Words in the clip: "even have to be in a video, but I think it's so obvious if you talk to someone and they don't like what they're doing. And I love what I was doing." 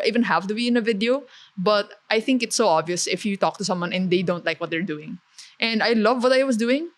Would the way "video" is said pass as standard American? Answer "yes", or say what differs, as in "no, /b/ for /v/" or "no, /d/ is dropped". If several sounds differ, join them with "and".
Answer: yes